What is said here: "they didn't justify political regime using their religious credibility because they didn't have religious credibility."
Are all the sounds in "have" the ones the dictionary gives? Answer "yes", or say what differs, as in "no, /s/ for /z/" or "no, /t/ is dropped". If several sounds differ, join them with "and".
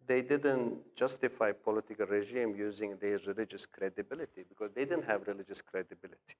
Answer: yes